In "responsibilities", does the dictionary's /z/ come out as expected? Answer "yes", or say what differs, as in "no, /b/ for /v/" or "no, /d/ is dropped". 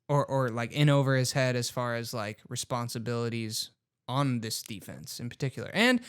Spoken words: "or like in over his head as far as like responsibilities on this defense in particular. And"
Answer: yes